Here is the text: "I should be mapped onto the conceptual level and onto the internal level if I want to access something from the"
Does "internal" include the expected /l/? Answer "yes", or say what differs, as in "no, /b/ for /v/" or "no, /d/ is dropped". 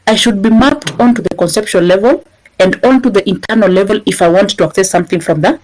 yes